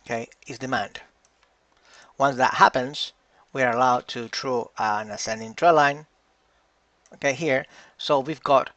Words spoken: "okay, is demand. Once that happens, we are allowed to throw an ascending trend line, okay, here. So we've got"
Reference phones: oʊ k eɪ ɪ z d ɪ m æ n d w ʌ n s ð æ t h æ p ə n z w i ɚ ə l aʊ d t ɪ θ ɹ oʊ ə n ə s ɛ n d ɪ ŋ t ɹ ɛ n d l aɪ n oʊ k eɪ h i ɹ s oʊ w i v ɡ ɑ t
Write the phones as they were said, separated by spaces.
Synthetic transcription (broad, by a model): k eɪ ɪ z d ɪ m æ n d w ʌ n s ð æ t h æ p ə n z w i ɚ ə l aʊ d t ɪ t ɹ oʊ ə n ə s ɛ n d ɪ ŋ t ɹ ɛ l aɪ n oʊ k eɪ h i ɹ s oʊ w i v ɡ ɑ t